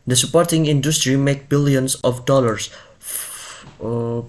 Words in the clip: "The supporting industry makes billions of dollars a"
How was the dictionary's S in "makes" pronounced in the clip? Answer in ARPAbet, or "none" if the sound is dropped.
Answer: none